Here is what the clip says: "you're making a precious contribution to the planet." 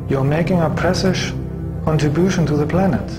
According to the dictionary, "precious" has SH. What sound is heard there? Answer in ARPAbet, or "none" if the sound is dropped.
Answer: S